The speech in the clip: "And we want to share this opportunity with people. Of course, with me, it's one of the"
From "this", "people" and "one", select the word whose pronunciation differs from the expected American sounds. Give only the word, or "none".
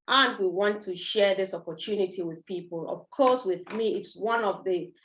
none